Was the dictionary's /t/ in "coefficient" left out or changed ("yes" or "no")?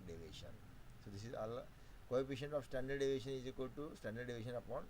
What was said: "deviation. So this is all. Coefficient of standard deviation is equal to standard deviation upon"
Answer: yes